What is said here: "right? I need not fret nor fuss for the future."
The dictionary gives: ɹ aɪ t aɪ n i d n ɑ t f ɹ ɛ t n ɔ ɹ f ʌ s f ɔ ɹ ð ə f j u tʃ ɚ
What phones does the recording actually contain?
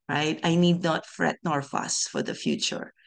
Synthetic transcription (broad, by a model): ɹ aɪ t aɪ n i d n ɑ t f ɹ ɛ t n ɔ ɹ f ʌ s f ɔ ɹ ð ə f j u tʃ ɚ